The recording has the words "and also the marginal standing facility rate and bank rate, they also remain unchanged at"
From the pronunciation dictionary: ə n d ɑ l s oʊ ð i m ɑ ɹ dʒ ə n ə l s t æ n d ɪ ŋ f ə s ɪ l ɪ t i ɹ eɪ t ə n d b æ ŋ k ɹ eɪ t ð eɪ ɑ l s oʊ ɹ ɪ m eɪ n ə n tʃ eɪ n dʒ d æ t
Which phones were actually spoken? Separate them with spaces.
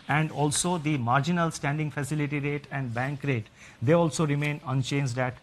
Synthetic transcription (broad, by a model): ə n d ɑ l s oʊ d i m ɑ ɹ dʒ ə n ə l s t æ n d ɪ ŋ f ə s ɪ l ɪ t i ɹ eɪ t ə n d b æ ŋ k ɹ eɪ t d eɪ ɑ l s oʊ ɹ ɪ m eɪ n ə n tʃ eɪ n dʒ d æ t